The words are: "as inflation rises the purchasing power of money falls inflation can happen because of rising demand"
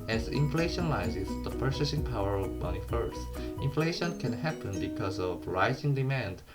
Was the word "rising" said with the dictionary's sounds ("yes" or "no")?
yes